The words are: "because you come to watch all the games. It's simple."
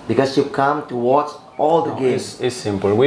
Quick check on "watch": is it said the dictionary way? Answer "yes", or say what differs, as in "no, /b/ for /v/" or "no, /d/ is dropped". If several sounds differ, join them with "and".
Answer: no, /s/ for /tʃ/